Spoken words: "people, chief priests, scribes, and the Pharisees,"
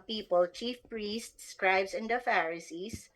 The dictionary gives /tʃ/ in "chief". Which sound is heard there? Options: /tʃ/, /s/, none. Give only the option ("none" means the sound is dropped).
/tʃ/